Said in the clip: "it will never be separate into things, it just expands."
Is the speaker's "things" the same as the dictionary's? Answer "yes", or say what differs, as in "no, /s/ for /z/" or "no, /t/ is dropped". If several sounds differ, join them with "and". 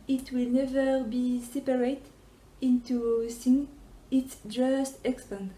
no, /s/ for /θ/ and /z/ is dropped